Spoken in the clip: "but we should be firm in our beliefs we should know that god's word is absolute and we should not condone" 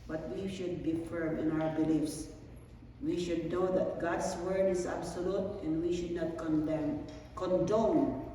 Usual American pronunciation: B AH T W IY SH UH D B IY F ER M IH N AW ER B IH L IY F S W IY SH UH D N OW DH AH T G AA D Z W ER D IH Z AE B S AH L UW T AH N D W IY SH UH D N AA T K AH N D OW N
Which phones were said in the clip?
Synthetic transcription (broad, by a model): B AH T W IY SH UH D B IY F ER M IH N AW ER B IH L IY F S W IY SH UH D N OW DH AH T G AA D S W ER D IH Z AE B S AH L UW T AH N D W IY SH UH D N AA T K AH N D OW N